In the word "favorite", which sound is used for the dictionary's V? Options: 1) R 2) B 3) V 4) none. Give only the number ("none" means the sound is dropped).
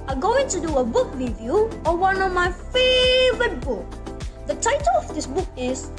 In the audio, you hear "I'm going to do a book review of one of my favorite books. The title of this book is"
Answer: 3